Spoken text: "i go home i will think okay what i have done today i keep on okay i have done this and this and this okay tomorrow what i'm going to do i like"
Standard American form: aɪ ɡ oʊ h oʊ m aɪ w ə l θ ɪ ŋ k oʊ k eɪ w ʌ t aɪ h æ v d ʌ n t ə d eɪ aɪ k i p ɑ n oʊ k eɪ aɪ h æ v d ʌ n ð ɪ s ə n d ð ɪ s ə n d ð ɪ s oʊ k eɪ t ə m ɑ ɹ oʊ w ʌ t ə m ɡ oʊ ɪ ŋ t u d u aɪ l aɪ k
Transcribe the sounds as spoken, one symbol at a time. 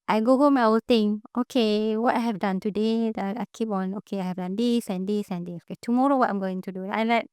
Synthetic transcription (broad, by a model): aɪ ɡ oʊ h oʊ m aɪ w ə l t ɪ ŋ oʊ k eɪ w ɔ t aɪ h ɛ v d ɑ n t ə d eɪ aɪ k i p ɑ n oʊ k eɪ aɪ h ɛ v d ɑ n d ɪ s ə n d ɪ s ə n d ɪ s oʊ k eɪ t ə m ɑ ɹ oʊ w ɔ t ə m ɡ oʊ ɪ ŋ t u d u aɪ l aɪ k